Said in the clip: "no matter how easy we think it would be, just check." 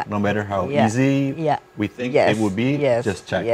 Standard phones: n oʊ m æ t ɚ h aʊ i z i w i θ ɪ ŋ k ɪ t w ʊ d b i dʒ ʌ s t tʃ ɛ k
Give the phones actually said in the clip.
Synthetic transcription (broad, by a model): n oʊ m æ t ɚ h aʊ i z i w i θ ɪ ŋ k ɪ t w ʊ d b i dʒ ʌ s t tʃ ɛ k